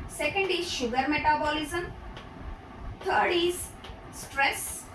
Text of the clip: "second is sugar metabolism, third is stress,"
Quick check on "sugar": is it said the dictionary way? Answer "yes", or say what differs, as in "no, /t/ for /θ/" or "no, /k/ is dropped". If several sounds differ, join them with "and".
yes